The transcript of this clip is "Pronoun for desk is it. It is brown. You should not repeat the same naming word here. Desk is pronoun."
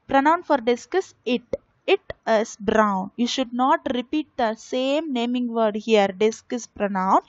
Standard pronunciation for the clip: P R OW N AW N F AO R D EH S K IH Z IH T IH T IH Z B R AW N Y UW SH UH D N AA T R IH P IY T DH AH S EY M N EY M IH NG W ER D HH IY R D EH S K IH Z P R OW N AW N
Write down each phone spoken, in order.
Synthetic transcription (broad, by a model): P R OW N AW N F AO R D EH S K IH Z IH T IH T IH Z B R AW N Y UW SH UH D N AA T R IH P IY T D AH S EY M N EY M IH NG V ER D HH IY R D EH S K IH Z P R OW N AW N